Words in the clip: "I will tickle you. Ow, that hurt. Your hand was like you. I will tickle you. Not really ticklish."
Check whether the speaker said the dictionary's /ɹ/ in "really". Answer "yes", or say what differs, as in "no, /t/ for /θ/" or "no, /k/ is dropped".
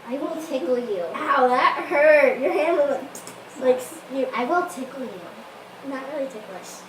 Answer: yes